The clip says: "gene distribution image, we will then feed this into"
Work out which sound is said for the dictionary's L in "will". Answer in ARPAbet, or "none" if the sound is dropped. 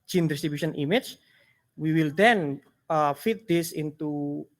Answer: L